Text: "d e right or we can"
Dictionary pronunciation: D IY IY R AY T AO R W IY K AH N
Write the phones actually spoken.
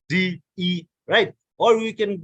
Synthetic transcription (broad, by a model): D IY IY R AY T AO L W IY K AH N